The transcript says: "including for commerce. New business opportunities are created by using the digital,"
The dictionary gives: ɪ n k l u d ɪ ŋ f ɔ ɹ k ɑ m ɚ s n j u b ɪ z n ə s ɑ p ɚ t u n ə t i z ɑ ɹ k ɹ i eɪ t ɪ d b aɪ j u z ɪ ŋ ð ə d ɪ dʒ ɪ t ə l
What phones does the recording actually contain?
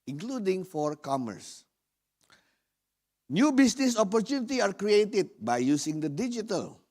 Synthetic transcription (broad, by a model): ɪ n k l u d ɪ ŋ f ɔ ɹ k ɑ m ɚ s n j u b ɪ s n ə s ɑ p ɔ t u n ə t i ɑ ɹ k ɹ i eɪ t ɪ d b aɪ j u s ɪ ŋ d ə d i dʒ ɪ t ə l